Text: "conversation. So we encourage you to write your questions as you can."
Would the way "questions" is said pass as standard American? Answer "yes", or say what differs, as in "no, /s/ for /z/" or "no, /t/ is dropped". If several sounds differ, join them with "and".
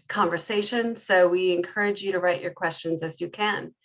yes